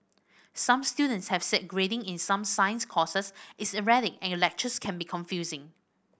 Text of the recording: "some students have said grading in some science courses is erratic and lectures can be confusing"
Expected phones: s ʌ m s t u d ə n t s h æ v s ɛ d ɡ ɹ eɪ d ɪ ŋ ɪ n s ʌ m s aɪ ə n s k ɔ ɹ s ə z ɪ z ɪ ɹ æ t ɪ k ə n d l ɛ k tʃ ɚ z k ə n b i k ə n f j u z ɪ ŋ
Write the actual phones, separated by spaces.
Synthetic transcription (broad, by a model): s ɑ m s t u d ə n t s h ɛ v s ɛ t ɡ ɹ eɪ d ɪ ŋ ɪ n s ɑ m s aɪ ə n s k ɔ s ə s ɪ s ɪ ɹ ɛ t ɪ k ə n l ɛ k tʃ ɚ s k ə n b i k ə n f j u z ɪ ŋ